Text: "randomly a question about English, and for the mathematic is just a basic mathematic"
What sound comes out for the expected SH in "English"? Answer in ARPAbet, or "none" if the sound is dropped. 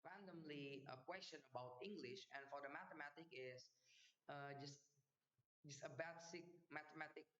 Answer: SH